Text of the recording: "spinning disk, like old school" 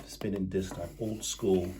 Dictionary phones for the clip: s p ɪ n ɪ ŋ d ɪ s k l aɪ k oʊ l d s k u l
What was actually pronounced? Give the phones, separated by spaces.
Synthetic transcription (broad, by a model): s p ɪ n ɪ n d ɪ s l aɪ oʊ l d s k u l